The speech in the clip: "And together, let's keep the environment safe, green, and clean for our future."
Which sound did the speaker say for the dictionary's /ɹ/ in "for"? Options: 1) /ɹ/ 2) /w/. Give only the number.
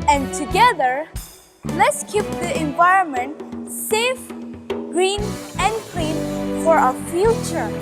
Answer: 1